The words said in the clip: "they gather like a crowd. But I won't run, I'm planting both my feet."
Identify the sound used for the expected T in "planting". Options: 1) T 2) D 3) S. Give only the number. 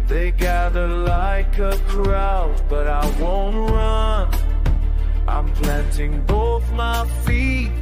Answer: 1